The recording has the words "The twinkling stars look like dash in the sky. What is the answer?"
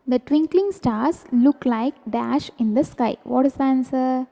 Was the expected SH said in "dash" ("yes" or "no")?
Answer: yes